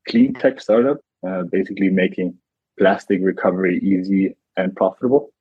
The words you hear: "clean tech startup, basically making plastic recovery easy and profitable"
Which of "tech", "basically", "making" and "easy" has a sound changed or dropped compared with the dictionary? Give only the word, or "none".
none